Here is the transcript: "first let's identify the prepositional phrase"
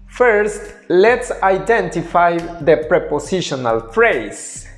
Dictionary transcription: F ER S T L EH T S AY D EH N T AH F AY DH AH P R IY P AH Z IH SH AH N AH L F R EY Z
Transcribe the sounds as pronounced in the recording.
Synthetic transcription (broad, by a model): F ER S T L EH T S AY D EH N T AH F AY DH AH P R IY P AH S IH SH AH N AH L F R EY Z